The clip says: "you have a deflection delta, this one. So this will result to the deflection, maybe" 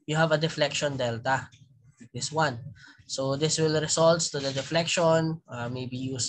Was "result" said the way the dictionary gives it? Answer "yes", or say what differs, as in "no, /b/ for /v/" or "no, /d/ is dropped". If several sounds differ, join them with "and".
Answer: no, /s/ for /z/